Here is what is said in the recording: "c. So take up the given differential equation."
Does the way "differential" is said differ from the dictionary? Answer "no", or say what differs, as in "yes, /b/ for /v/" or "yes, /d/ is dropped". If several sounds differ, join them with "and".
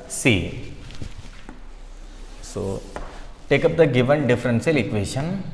yes, /s/ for /ʃ/